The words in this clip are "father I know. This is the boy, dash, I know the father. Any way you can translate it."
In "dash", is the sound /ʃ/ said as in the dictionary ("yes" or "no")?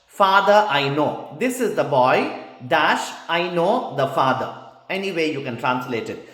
yes